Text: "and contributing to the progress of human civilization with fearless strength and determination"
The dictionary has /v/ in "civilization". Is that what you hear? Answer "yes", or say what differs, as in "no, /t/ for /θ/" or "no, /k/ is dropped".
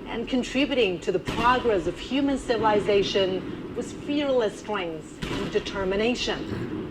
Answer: yes